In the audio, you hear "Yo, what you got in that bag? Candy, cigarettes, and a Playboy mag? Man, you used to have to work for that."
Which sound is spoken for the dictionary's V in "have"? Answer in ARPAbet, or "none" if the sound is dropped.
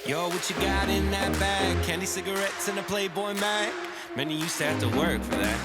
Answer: F